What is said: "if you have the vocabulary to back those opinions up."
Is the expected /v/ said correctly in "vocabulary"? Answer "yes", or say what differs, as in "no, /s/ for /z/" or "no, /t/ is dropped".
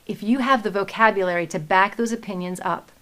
yes